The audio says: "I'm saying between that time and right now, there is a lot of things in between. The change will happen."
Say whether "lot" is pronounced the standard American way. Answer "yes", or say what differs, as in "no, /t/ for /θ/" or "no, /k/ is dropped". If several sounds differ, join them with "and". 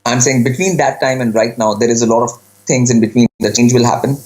yes